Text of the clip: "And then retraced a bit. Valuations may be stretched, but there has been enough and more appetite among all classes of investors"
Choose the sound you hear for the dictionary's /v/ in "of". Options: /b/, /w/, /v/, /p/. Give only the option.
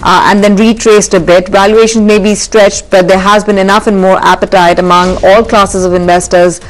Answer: /v/